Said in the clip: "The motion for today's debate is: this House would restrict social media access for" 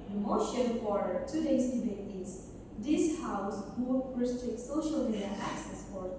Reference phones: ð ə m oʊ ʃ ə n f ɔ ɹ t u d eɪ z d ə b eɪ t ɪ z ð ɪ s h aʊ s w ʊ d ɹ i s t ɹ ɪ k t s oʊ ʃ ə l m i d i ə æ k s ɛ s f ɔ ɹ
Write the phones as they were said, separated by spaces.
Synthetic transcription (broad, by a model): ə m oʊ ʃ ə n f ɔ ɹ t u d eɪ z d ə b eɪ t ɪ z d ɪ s h aʊ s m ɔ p ɹ i s t ɹ ɪ k t s oʊ ʃ ə l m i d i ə æ k s ɛ s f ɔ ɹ